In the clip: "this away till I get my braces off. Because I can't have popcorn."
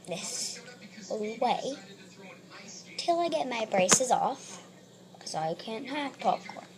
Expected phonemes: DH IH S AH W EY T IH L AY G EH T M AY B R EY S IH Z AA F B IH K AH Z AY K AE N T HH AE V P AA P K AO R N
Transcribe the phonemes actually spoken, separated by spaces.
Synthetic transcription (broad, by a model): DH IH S AH W EY T IH L AY G EH T M AY B R EY S IH Z AA F K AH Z AY K AE N T HH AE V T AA P K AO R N